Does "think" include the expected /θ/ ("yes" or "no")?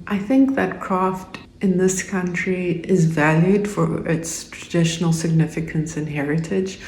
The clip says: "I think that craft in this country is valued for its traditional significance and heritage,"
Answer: yes